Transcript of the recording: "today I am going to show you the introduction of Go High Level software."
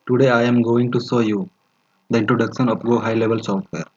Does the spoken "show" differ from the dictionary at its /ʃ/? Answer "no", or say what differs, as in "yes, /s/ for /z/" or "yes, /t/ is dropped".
yes, /s/ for /ʃ/